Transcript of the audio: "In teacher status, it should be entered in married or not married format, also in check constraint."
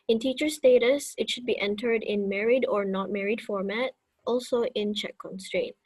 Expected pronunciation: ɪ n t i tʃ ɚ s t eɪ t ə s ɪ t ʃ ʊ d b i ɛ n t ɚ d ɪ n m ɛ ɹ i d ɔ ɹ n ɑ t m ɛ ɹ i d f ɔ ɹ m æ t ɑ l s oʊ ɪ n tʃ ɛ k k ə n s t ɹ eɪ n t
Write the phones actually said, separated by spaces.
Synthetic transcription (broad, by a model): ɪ n t i tʃ ɚ s t eɪ t ə s ɪ t ʃ ʊ d b i ɛ n t ɚ d ɪ n m ɛ ɹ i d ɔ ɹ n ɑ t m ɛ ɹ i d f ɔ ɹ m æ t ɑ l s oʊ ɪ n tʃ ɛ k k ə n s t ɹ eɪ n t